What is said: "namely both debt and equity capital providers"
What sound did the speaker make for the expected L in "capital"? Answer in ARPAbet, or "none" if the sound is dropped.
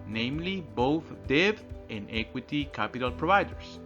L